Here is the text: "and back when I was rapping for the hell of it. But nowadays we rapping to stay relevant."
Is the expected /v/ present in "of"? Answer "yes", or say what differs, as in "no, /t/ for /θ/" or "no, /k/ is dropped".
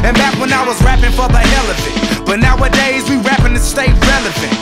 no, /f/ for /v/